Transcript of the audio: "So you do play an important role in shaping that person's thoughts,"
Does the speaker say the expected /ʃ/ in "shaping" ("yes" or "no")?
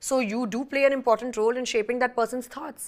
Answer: yes